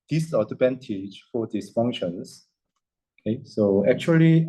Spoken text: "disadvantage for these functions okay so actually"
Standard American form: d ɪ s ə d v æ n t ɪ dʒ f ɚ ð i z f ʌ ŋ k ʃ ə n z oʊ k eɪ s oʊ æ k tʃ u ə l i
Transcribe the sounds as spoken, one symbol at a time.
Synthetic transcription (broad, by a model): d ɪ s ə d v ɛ n t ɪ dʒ f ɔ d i s f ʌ ŋ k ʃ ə n s oʊ k eɪ s oʊ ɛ k tʃ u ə l i